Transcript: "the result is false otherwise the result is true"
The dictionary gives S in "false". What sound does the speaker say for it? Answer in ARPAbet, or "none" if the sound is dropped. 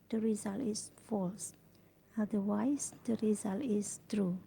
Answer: S